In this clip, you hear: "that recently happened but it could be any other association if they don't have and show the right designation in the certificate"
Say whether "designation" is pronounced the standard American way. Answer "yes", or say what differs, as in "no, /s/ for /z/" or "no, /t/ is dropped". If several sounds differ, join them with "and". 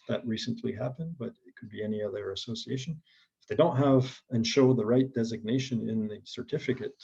yes